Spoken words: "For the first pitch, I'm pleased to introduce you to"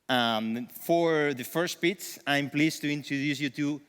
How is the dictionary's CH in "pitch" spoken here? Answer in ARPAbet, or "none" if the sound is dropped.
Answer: S